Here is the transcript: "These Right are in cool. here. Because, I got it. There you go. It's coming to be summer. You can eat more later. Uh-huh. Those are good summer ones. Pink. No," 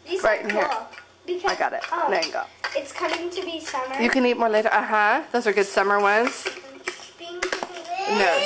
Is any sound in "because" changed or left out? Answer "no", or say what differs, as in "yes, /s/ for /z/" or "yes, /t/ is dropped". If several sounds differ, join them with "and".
yes, /z/ is dropped